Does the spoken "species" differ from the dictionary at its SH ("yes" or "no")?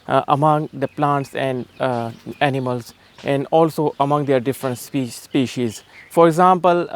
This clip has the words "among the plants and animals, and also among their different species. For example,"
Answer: no